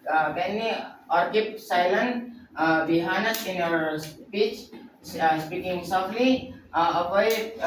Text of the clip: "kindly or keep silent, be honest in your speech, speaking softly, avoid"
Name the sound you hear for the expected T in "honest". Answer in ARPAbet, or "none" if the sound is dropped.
none